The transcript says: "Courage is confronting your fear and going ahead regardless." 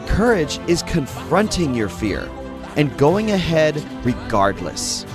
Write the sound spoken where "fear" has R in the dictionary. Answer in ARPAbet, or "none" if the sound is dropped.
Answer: R